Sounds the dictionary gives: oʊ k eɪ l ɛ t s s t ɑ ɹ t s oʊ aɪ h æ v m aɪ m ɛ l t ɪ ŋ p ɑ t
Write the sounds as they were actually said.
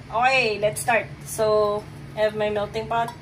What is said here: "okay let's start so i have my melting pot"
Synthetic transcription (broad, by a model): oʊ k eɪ l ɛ t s s t ɑ ɹ t s oʊ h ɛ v m aɪ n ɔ t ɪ ŋ p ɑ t